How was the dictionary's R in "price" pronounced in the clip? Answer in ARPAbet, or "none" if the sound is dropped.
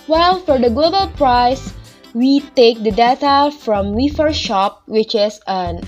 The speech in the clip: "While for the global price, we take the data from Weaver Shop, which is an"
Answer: R